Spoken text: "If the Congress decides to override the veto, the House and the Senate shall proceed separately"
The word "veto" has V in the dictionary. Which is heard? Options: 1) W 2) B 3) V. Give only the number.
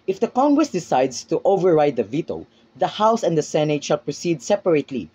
3